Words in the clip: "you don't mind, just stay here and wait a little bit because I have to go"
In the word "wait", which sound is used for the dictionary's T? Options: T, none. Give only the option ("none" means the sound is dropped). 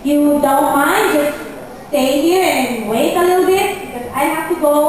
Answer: none